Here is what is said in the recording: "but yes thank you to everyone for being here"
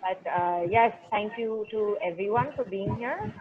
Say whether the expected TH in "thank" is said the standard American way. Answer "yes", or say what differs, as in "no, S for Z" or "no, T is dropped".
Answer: no, T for TH